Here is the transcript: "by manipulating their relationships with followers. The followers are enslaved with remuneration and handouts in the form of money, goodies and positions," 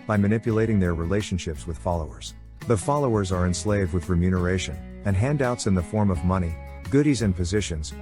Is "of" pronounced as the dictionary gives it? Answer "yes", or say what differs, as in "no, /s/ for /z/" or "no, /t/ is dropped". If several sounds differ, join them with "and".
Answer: yes